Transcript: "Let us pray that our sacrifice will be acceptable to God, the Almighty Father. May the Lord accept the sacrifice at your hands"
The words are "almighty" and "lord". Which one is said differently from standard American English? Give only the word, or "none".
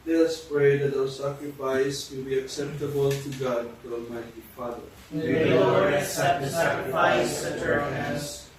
lord